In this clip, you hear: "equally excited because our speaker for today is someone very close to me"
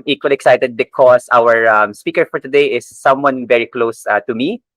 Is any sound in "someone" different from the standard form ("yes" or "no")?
no